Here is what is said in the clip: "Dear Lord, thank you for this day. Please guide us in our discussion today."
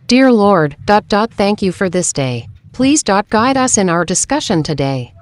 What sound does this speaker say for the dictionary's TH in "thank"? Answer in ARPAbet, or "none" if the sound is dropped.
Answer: TH